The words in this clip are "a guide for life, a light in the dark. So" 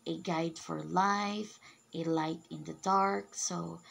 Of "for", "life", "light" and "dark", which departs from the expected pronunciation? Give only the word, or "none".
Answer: none